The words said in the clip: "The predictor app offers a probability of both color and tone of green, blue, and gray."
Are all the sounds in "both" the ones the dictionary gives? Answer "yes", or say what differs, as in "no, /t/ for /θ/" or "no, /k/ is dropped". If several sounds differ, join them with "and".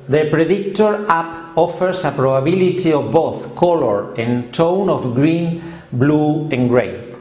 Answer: yes